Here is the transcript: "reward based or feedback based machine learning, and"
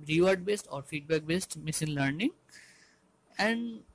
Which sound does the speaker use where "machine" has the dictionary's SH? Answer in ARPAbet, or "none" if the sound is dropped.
S